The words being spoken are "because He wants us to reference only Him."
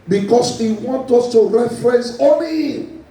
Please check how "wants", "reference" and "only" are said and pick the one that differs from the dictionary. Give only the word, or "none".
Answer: wants